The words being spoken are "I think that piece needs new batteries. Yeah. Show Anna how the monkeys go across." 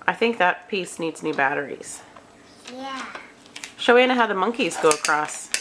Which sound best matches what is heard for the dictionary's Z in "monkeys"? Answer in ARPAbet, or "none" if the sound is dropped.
Z